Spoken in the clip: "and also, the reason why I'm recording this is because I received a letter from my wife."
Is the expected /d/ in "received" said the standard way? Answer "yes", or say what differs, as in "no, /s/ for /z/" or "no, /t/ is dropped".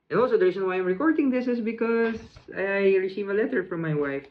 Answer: no, /d/ is dropped